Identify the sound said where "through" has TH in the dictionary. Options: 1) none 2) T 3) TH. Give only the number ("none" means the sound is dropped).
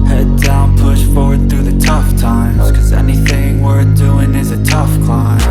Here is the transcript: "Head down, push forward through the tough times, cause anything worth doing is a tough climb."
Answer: 3